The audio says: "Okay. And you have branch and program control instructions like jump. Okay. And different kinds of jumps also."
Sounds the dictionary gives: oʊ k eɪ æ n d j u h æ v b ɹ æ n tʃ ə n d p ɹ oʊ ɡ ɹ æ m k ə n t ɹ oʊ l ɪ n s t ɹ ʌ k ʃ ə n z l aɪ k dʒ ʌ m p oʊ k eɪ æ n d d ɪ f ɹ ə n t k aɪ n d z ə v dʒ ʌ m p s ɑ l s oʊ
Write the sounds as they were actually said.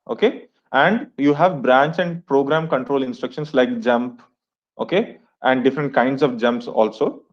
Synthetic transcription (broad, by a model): oʊ k eɪ æ n d j u h æ v b ɹ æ n tʃ ə n d p ɹ oʊ ɡ ɹ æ m k ə n t ɹ oʊ l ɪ n s t ɹ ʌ k ʃ ə n s l aɪ k dʒ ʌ m p oʊ k eɪ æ n d d ɪ f ɹ ə n t k aɪ n d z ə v dʒ ʌ m p s ɑ l s oʊ